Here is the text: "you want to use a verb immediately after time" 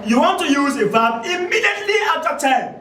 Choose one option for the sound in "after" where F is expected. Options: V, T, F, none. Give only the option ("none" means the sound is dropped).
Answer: none